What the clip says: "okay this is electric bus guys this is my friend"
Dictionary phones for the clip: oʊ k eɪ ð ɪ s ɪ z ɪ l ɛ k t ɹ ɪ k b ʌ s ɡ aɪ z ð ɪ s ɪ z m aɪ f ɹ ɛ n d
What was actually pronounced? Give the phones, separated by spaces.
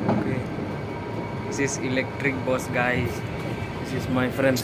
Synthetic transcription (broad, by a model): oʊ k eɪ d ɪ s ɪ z ɪ l ɛ k t ɹ ɪ k b ʌ s ɡ aɪ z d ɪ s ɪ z m aɪ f ɹ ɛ n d